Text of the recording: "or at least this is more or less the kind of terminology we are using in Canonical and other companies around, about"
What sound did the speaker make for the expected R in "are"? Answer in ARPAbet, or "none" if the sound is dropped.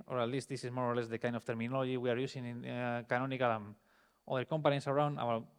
R